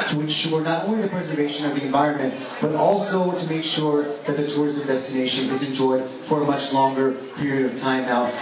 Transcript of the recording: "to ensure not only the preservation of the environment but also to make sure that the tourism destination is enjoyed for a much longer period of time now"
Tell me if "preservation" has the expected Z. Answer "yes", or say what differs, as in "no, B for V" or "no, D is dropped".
yes